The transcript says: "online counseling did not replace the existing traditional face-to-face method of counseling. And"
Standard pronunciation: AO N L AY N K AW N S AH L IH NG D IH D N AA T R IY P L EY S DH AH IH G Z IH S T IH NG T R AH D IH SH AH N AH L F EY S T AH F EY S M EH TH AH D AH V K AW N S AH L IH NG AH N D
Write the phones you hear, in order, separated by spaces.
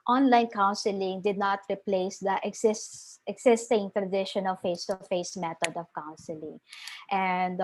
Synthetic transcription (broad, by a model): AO N L AY N K AW N S AH L IH NG D IH D N AA T R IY P L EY S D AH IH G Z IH S T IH NG T R AH D IH SH AH N AH L F EY S T AH F EY S M EH T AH D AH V K AW N S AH L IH NG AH N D